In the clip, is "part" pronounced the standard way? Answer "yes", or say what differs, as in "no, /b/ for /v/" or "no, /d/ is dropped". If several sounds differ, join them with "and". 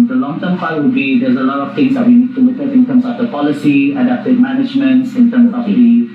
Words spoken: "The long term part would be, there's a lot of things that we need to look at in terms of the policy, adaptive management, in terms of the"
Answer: no, /f/ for /p/